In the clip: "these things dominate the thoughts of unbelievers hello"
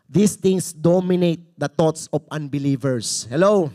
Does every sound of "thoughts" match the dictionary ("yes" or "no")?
no